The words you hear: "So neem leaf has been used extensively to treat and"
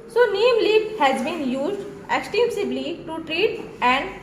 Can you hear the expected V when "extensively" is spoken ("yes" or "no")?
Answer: no